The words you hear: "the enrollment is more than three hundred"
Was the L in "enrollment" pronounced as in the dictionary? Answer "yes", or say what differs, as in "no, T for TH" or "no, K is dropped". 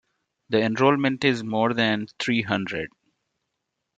yes